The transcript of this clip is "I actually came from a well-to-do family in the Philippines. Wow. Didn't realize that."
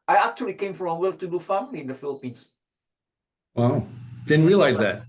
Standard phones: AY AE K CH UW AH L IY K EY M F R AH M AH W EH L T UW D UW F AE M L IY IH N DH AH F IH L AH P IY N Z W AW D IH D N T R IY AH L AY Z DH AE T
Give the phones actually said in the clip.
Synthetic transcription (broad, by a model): AY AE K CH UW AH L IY K EY M F R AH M AH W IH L T UW D UW F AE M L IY IH N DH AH F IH L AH P IY N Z W AW D IH D N T R IY AH L AY Z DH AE T